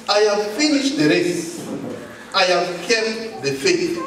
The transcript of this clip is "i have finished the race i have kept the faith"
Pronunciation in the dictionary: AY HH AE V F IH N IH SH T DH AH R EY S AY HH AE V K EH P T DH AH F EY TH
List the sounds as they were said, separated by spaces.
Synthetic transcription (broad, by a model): AY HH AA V F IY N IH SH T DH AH R EY S AY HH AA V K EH T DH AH F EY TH